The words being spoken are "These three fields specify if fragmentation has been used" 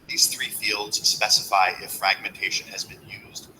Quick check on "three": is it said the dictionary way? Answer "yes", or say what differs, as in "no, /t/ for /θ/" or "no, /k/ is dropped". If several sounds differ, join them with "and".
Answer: yes